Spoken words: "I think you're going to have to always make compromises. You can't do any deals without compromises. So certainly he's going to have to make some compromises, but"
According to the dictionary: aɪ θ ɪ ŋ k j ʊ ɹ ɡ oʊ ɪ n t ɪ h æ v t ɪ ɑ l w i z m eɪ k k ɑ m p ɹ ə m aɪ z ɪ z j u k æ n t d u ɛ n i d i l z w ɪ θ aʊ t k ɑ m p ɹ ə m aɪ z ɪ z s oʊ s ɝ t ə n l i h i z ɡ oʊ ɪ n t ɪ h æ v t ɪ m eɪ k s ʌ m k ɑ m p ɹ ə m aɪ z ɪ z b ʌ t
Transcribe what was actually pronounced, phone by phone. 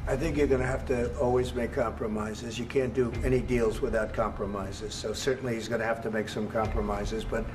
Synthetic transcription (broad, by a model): aɪ θ ɪ ŋ k j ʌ ɹ ɡ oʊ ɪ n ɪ h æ f t ɪ ɑ l w i z m eɪ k k ɑ m p ɹ ə m aɪ z ɪ z j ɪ k æ n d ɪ ɛ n i d i l z w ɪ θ aʊ t k ɑ m p ɹ ə m aɪ z ɪ z s oʊ s ɝ t n l i h i z ɡ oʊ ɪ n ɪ h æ f t ɪ m eɪ k s ʌ m k ɑ m p ɹ ə m aɪ z ɪ z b ʌ t